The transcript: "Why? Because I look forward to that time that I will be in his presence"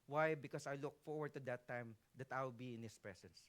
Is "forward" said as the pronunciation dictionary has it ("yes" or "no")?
yes